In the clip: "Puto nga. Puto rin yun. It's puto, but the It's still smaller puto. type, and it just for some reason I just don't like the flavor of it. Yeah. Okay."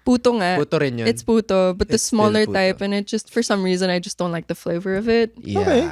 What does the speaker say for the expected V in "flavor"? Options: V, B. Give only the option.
V